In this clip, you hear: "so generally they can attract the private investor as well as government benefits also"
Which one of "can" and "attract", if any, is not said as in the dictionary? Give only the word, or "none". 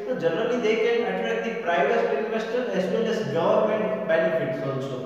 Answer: attract